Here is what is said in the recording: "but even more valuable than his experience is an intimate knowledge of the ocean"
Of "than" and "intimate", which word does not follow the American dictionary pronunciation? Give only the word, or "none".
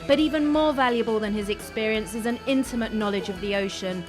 none